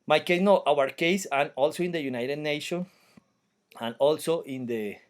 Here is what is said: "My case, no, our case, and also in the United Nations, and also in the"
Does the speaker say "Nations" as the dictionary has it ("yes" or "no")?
no